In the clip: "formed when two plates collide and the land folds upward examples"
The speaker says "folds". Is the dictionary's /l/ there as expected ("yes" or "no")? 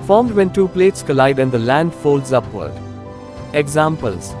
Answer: yes